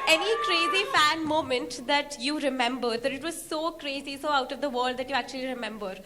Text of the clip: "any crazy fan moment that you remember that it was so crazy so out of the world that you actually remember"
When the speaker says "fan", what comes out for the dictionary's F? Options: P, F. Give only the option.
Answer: F